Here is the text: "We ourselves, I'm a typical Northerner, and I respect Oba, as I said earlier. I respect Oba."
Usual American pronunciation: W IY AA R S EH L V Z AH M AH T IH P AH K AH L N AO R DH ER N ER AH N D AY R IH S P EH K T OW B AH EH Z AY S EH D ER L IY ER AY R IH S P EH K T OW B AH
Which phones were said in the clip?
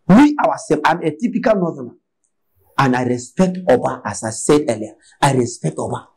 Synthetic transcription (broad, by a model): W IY AA W S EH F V AH M AH T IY P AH K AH L N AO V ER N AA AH N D AY R IH S P EH K T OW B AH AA S AY S EH D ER L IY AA AY R IH S P EH K T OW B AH